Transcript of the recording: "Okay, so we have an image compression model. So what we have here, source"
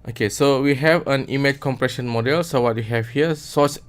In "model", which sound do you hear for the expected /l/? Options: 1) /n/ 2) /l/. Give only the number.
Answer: 2